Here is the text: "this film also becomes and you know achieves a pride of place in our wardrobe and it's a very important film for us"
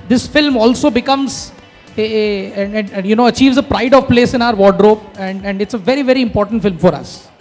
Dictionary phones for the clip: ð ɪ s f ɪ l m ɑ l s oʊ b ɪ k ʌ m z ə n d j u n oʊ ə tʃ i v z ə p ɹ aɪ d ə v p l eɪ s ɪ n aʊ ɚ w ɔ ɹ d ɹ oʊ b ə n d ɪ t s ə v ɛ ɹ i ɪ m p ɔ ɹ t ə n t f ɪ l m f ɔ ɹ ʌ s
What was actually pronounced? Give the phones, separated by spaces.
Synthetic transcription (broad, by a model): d ɪ s f ɪ l m ɑ l s oʊ b ɪ k ʌ m z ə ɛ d j u n oʊ ə tʃ i v z ə p ɹ aɪ d ə v p l eɪ s ɪ n aʊ ɚ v ɔ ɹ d ɹ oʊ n ə n d ɪ t s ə v ɛ ɹ i ɪ m p ɔ ɹ t ə n t f ɪ l m f ɔ ɹ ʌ s